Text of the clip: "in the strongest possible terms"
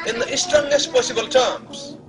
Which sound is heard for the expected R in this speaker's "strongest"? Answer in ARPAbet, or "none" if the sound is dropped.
none